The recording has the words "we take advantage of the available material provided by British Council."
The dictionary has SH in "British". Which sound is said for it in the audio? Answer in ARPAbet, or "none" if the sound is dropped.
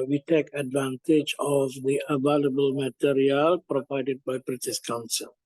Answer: S